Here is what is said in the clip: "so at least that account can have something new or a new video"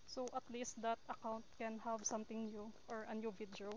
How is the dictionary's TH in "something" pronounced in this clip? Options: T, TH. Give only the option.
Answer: T